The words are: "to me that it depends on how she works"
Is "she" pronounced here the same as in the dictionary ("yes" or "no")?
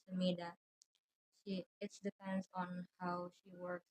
yes